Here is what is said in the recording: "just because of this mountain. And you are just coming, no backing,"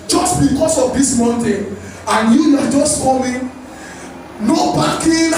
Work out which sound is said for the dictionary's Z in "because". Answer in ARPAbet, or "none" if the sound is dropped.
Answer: S